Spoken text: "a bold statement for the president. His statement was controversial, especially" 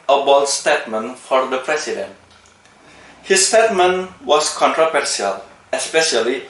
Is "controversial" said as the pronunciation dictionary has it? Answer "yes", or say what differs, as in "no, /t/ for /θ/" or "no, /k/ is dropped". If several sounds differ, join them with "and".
no, /s/ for /ʃ/